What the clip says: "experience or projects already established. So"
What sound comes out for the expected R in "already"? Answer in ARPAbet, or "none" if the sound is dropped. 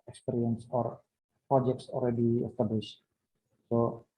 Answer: L